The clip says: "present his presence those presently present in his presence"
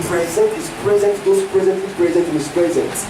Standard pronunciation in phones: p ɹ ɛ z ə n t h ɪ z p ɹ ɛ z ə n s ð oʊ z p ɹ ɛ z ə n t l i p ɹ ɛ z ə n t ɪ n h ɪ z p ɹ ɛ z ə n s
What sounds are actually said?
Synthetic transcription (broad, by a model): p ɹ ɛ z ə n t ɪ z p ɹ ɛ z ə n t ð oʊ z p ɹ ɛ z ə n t i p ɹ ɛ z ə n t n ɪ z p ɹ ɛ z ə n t